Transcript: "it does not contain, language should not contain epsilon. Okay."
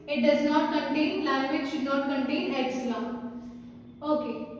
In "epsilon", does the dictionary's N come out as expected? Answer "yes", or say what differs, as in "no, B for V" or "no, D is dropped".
no, N is dropped